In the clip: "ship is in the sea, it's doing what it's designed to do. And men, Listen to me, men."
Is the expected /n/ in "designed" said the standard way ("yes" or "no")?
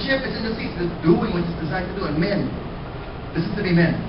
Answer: no